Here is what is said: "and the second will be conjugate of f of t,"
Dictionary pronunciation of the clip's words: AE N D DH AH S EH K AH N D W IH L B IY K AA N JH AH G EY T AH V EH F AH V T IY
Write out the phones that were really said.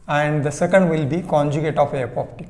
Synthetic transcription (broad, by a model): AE N D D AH S EH K AH N D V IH L B IY K AA N JH AH G EY T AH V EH P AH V T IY